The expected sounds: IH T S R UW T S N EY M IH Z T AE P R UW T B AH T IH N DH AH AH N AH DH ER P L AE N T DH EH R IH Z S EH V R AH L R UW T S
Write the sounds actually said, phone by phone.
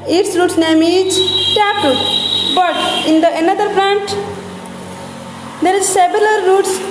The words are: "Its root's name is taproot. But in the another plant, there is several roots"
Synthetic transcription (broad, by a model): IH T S R UW T S N EY M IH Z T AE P UW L B AH T IH N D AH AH N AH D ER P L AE N T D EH R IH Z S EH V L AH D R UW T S